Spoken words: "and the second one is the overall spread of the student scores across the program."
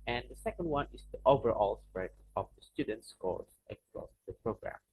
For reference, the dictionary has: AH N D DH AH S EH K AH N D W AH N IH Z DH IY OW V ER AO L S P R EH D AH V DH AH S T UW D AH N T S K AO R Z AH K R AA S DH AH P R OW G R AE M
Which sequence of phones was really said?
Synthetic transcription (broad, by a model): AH N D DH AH S EH K AH N D W AH N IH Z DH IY OW V ER AO L S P R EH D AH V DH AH S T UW D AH N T S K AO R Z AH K L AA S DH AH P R OW G R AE M